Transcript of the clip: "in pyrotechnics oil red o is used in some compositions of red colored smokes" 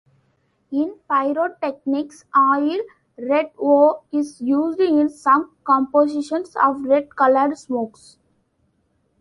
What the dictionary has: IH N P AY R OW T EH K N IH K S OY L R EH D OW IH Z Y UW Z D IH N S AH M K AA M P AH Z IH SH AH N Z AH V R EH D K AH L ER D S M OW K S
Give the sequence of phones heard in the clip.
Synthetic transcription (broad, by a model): IH N P AY R OW T EH K N IH K S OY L R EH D OW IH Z Y UW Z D IH N S AH M K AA M P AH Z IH SH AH N S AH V R EH D K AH L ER D S M OW K S